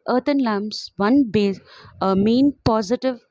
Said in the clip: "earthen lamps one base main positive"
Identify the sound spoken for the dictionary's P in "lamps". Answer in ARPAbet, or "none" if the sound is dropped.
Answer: none